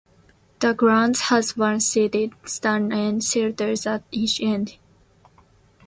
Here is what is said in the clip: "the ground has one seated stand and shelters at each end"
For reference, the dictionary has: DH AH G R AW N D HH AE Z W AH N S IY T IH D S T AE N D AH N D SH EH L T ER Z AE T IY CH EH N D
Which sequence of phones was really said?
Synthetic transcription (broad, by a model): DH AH G R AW N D HH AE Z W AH N S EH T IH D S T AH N AH N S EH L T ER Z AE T IY CH EH N D